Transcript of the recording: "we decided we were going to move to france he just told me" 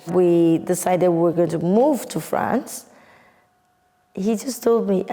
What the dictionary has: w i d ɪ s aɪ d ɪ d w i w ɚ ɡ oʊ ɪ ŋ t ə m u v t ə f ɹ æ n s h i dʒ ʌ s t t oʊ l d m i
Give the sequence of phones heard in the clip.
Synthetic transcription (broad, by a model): w i d ɪ s aɪ d ɪ d w i w ɚ ɡ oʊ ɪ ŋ t ə m u v t ə f ɹ æ n s h i dʒ ʌ s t t oʊ l d m i